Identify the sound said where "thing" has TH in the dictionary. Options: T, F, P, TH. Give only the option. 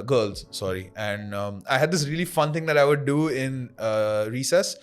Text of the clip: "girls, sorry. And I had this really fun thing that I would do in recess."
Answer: T